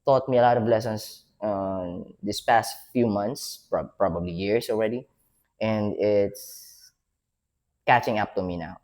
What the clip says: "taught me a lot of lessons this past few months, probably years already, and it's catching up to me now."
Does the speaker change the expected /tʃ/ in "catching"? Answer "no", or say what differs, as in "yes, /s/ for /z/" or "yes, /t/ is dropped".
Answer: no